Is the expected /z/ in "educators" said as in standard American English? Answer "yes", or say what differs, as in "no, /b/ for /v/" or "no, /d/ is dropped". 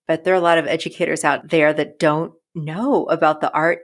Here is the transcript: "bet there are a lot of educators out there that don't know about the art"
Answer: yes